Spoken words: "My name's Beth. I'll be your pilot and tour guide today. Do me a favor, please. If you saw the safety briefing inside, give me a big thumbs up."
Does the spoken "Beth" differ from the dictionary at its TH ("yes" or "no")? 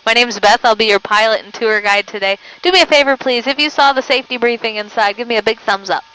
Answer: no